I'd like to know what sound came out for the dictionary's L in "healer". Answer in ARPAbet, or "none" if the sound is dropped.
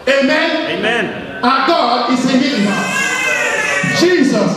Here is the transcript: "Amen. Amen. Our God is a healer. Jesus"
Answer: none